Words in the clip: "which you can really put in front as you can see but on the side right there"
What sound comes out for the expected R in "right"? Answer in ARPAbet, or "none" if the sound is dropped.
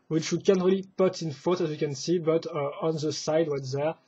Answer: W